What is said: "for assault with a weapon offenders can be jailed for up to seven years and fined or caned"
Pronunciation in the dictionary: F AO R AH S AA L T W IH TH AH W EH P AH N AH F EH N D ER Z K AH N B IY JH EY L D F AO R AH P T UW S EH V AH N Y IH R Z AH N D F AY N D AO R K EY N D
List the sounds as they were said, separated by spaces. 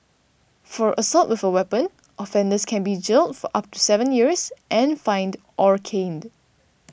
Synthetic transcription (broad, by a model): F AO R AH S AA L T W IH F AH W EH P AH N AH F EH N D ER S K AH N B IY JH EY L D F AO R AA P T UW S EH V AH N Y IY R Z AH N F AY N D AO R K EY N D